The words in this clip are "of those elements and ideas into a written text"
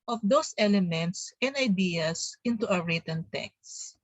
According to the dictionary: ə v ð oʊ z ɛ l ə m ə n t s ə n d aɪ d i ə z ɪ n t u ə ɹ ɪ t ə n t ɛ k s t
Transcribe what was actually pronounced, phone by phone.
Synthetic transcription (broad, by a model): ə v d oʊ s ɛ l ə m ə n t s ə n d aɪ d i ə s ɪ n t u ə ɹ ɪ t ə n t ɛ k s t